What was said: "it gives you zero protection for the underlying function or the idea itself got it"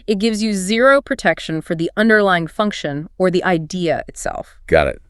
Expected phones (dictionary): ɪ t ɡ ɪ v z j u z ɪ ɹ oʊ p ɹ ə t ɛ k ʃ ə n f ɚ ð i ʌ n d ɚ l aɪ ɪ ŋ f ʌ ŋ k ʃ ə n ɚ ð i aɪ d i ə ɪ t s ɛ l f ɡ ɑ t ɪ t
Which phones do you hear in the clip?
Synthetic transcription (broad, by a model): ɪ t ɡ ɪ v z j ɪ z ɪ ɹ oʊ p ɹ ə t ɛ k ʃ ə n f ɚ ð i ʌ n d ɚ l aɪ ɪ ŋ f ʌ ŋ k ʃ ə n ɚ ð i aɪ d i ə ɪ t s ɛ l f ɡ ɑ t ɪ t